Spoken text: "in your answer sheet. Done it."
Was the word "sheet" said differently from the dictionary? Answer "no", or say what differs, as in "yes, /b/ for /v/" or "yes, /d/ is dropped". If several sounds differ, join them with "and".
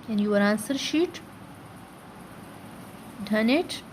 no